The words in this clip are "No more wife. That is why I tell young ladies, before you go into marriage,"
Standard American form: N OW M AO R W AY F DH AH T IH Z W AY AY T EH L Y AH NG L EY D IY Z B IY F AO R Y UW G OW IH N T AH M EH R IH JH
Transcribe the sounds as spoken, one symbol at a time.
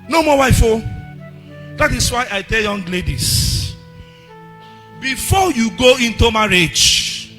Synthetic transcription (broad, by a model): N OW M AO W AY F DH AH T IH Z W AY AY T EH L Y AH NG L EY D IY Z B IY F AO Y UW G OW IH N T AH M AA R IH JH